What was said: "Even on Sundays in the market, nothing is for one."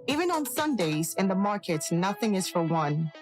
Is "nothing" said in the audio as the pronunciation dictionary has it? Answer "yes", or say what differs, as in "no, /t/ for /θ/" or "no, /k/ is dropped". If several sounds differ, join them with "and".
yes